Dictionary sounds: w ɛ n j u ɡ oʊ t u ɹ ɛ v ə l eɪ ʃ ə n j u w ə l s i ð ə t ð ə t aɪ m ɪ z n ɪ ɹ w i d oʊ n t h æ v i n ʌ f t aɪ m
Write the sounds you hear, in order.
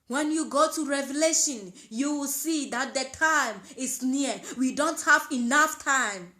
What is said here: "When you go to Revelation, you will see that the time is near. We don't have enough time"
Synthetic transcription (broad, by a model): w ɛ n j u ɡ oʊ t u ɹ ɛ v ə l eɪ ʃ ə n j u w ə l s i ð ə t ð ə t aɪ m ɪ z n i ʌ w i d oʊ n t h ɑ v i n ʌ f t aɪ m